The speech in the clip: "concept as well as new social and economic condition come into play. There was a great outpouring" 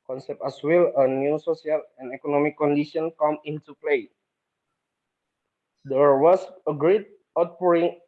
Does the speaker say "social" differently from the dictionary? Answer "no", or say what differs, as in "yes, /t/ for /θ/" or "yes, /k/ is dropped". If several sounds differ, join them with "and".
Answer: yes, /s/ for /ʃ/